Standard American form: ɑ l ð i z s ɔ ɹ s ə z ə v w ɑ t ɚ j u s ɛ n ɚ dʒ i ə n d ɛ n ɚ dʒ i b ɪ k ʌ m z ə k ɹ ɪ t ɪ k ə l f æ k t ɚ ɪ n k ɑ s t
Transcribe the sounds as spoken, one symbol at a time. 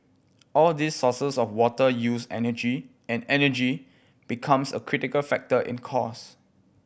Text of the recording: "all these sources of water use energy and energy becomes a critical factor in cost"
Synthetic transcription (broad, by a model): ɑ l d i s ɔ s ə s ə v w ɑ t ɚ j u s ɛ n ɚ dʒ i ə n ɛ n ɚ dʒ i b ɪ k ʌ m s ə k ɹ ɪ t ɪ k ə l f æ k t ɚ ɪ n k ɑ s